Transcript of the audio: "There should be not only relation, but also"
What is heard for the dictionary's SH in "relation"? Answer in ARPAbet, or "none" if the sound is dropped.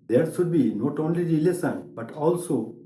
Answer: S